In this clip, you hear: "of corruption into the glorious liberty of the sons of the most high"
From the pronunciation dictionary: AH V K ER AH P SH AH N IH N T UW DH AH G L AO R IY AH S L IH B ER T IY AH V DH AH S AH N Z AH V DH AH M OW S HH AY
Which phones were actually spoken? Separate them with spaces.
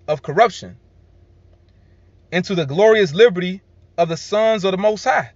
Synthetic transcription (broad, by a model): AH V K ER AH P SH AH N IH N T UW DH AH G L AO R IY AH S L IH B ER T IY AH V DH AH S AH N Z AH V DH AH M OW S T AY